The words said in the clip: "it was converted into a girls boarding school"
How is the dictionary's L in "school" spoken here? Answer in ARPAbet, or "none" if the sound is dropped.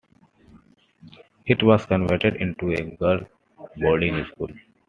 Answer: L